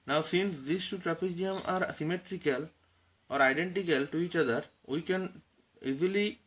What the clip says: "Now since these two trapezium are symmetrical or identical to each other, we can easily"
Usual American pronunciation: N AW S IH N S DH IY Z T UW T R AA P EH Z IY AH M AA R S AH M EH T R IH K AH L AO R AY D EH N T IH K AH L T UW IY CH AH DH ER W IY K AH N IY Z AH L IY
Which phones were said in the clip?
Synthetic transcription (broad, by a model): N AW S IH N S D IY S T UW T R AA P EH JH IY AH M AA R S AH M EH T R IH K AH L AO R AY D EH N T IH K AH L T UW IY CH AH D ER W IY K AH N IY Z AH L IY